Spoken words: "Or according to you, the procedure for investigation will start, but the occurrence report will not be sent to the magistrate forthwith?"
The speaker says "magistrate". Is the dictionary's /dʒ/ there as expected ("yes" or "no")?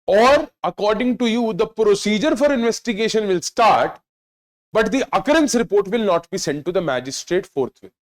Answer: yes